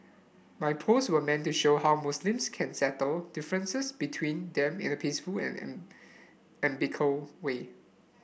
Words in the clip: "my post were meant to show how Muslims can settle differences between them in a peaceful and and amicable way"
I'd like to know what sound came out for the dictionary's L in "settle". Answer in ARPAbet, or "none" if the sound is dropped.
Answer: L